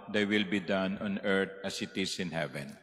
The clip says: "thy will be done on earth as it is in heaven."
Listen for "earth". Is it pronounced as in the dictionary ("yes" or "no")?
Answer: no